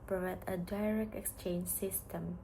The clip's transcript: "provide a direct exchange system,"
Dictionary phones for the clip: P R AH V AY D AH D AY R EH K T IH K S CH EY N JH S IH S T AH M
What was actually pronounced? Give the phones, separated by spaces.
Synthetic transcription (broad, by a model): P R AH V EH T AH D AY R EH K T IH K S CH EY N JH S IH S T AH M